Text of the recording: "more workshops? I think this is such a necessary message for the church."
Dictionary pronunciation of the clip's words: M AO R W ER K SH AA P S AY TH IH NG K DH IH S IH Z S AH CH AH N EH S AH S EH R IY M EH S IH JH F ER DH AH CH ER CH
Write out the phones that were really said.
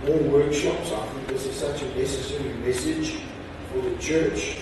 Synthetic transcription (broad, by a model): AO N W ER K SH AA P S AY F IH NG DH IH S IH S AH CH AH N EH S AH S EH R IY M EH S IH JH F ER DH AH CH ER CH